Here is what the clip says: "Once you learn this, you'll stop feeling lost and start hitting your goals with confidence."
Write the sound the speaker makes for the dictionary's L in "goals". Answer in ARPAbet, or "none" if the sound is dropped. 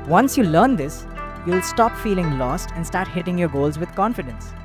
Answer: L